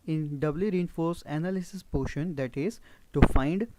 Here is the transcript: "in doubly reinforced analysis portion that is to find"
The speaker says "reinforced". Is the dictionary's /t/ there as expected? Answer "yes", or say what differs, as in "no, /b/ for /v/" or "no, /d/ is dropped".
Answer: no, /t/ is dropped